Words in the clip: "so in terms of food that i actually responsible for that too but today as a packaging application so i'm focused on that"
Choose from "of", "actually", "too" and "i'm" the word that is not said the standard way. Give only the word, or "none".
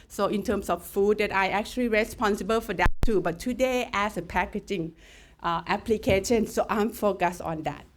of